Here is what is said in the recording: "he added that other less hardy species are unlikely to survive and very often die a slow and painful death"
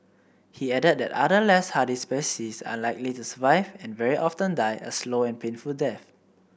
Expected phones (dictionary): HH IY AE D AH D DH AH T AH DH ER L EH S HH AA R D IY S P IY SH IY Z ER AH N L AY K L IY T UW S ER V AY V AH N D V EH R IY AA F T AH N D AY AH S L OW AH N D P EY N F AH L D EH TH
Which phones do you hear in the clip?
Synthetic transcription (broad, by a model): HH IY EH D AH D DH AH T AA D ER L EH S HH AA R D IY S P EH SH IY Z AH L AY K L IY T UW S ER V AY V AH N V EH R IY AA F T AH N D AY AH S L OW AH N P EY N F AH L D EH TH